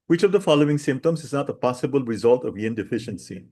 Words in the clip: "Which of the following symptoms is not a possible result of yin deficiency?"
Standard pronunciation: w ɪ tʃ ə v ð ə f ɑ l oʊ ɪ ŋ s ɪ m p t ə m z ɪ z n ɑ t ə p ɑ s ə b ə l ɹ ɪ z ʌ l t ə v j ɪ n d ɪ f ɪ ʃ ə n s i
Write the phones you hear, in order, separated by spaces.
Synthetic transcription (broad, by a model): w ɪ tʃ ə v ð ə f ɑ l oʊ ɪ ŋ s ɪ m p t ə m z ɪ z n ɑ t ə p ɑ s ə b ə l ɹ ɪ z ʌ l t ə v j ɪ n d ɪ f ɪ ʃ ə n s i